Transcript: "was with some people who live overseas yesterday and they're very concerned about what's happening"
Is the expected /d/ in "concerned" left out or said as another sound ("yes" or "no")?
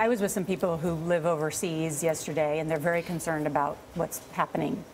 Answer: no